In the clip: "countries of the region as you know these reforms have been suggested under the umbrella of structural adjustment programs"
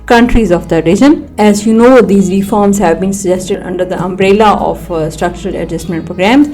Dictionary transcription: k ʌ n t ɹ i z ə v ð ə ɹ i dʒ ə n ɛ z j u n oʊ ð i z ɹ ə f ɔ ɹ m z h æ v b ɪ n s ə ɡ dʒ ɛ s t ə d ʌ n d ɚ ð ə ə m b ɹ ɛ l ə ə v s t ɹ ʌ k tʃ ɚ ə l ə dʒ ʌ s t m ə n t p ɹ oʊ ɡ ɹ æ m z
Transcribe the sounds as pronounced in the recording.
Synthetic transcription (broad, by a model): k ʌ n t ɹ i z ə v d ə ɹ i dʒ ə n ɛ z j u n oʊ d i z ɹ ə f ɔ ɹ m z h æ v b ɪ n s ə dʒ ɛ s t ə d ʌ n d ɚ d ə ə m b ɹ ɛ l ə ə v s t ɹ ʌ k tʃ ɚ ə l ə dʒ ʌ s t m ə n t p ɹ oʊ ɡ ɹ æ m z